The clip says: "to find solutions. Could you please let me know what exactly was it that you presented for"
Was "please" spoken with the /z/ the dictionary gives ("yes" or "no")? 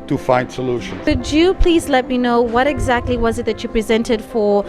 yes